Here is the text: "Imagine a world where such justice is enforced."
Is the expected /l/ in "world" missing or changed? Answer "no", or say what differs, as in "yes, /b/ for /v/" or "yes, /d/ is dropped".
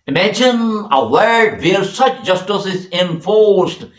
yes, /l/ is dropped